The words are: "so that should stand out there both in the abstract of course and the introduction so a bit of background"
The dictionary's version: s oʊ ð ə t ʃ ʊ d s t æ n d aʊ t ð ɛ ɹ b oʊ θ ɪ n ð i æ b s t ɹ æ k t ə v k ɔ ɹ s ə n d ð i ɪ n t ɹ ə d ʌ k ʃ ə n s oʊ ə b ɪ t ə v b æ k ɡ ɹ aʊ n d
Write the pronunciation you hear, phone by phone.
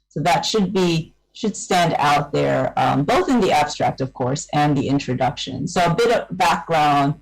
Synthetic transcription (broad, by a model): s oʊ ð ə t ʃ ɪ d s t æ n d aʊ t ð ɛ ɹ b oʊ θ ɪ n ð i æ b s t ɹ æ k t ə v k ɔ ɹ s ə n ð i ɪ n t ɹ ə d ʌ k ʃ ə n s oʊ ə b ɪ t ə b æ k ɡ ɹ aʊ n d